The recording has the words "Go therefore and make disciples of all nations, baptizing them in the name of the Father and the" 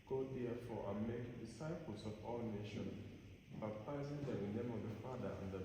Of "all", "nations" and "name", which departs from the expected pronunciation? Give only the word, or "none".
nations